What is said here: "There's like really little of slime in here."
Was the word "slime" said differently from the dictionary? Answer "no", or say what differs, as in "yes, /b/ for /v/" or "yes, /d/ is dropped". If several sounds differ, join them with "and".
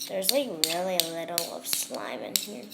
no